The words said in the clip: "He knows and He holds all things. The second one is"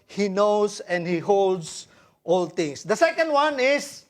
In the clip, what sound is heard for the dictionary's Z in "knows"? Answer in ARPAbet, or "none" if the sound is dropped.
S